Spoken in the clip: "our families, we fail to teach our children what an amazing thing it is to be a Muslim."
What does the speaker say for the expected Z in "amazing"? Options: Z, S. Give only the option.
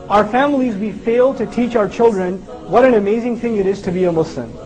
Z